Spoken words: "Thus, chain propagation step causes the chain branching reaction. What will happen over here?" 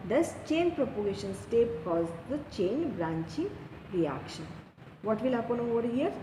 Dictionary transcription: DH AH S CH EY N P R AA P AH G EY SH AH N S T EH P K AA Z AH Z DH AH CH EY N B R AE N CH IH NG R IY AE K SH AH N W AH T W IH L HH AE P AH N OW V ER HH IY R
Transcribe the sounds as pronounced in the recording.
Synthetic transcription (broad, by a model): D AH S CH EY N P R AA P AH G EY SH AH N S T EH P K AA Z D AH CH EY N B R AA N CH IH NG R IY AE K SH AH N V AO T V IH L HH AE P AH N OW V ER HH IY R